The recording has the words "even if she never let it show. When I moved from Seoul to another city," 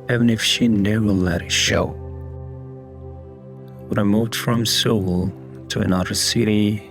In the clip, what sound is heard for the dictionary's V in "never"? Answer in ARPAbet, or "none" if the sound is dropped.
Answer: none